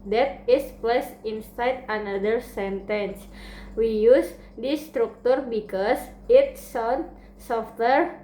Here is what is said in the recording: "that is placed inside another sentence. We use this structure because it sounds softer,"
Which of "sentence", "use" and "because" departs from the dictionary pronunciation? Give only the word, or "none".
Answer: because